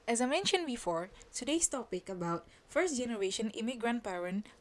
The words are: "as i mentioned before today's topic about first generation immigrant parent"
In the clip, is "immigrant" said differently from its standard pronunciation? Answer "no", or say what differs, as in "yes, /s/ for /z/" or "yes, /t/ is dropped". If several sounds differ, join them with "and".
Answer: no